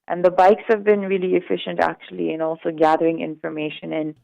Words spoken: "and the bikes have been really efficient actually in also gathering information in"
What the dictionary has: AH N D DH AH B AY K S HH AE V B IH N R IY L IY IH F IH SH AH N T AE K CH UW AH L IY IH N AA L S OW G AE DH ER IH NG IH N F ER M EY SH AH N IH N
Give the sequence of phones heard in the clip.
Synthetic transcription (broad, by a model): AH N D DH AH B AY K S HH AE V B IH N R IY L IY IH F IH SH AH N T AE K CH UW AH L IY IH N AA L S OW G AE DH ER IH NG IH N F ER M EY SH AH N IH N